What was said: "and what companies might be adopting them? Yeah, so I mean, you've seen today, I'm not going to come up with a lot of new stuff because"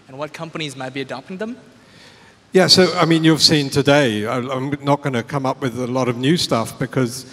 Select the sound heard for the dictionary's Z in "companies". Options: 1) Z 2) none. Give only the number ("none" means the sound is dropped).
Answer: 1